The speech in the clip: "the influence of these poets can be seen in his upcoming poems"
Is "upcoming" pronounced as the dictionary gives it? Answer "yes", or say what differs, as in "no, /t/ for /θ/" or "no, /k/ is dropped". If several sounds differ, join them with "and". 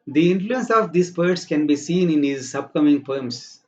no, /b/ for /p/